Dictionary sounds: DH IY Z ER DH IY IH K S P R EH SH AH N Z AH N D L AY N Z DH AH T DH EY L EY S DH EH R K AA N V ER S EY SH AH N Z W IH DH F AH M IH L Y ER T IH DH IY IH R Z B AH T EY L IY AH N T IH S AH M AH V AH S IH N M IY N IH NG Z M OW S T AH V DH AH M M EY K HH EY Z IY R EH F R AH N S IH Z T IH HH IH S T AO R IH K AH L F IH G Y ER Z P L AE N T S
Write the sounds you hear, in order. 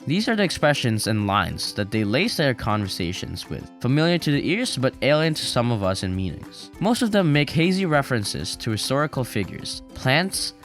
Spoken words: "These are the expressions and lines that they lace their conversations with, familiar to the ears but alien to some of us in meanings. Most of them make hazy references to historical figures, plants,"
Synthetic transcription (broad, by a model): DH IY Z ER DH IY IH K S P R EH SH AH N Z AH N L AY N Z DH AH T DH EY L EY S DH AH R K AA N V ER S EY SH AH N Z W IH DH F AH M IH L Y ER T IH DH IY IH R Z B AH T EY L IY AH N T IH S AH M AH V AH S IH N M IY N IH NG Z M OW S T AH V DH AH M M EY K HH EY Z IY R EH F R AH N S IH Z T IH HH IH S T AO R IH K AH L F IH G Y ER Z P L AE N T S